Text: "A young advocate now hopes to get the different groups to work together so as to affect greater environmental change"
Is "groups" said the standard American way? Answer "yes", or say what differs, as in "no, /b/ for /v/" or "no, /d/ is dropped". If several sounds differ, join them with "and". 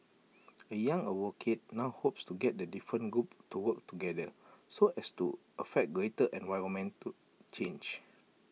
no, /s/ is dropped